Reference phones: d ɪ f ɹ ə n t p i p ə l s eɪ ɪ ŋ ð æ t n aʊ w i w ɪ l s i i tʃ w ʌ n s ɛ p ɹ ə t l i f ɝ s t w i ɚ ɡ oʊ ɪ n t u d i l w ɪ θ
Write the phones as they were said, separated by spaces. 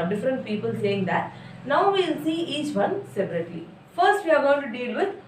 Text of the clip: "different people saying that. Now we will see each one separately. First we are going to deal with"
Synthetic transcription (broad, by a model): d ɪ f ɹ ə n t p i p ə l s eɪ ɪ ŋ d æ t n aʊ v i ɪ l s i i tʃ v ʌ n s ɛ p ɹ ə t i f ɝ s t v i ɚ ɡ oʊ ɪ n t u d i l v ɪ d